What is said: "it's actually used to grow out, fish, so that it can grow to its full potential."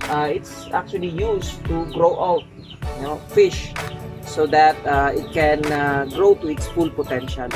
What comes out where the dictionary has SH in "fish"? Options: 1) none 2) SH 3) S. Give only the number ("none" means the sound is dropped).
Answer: 2